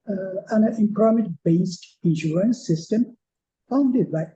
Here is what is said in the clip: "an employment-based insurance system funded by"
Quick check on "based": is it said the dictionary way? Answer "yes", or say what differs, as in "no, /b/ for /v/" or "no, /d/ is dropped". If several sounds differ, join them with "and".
yes